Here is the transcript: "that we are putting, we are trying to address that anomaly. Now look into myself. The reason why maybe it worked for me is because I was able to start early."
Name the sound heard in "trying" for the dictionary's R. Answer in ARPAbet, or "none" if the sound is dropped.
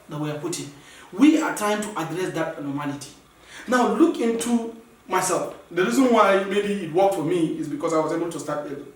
none